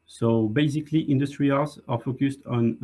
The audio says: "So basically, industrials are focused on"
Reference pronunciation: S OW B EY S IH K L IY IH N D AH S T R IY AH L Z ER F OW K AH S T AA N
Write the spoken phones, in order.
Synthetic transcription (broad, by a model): S OW B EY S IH K L IY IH N D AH S T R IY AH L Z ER F OW K AH S T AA N